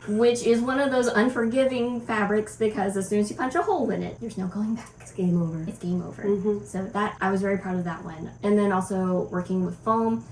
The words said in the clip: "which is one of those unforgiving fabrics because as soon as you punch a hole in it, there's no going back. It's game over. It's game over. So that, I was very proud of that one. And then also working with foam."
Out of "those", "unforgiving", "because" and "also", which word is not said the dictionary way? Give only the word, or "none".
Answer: none